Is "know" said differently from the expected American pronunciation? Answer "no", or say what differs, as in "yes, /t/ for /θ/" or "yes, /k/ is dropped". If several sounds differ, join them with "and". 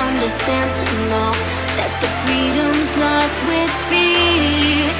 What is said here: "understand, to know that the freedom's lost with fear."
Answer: yes, /l/ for /n/